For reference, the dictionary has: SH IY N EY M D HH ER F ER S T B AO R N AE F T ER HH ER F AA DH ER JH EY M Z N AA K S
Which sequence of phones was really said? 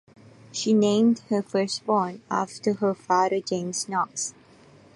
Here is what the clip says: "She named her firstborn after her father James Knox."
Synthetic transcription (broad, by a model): SH IY N EY M D HH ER F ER S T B AO N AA F T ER HH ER F AA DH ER JH EY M S N AA K S